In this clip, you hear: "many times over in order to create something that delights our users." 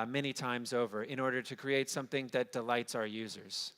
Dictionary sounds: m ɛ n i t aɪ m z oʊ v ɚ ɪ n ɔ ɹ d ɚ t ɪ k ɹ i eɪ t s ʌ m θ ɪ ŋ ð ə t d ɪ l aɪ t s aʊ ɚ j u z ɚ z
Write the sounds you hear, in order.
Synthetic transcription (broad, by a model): m ɛ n i t aɪ m z oʊ v ɚ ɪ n ɔ ɹ d ɚ t ɪ k ɹ i eɪ t s ʌ m θ ɪ ŋ ð ə t d ɪ l aɪ t s aʊ ɚ j u z ɚ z